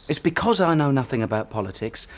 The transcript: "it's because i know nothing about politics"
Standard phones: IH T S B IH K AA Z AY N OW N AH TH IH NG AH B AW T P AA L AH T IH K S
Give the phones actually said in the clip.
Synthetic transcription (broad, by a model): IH T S B IH K AA Z AY N OW N AH TH IH NG AH B AW T P AA L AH T IH K S